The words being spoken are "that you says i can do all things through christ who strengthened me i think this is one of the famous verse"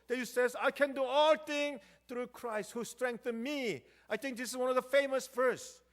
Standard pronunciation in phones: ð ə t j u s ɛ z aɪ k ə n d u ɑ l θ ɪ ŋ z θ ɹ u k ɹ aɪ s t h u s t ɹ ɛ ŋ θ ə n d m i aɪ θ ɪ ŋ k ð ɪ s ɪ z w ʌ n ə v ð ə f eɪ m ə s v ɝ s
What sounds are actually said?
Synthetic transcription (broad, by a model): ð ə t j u s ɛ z aɪ k ə n d u ɑ l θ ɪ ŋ θ ɹ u k ɹ aɪ s t h u s t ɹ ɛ ŋ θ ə n m i aɪ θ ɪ ŋ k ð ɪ s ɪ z w ʌ n ə v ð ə f eɪ m ə s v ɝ s